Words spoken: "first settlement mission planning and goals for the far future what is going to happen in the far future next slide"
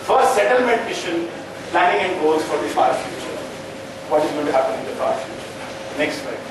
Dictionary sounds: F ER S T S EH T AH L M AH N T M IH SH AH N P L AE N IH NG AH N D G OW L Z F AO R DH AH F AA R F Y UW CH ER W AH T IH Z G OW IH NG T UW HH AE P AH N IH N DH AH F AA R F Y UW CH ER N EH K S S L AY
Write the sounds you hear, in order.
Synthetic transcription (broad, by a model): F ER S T S EH T AH L M AH N T M IH SH AH N P L AE N IH NG AH N D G OW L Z F AO R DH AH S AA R F Y UW CH ER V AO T IH Z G OW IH T UW HH AE P AH N IH N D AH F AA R F Y UW CH ER N EH K S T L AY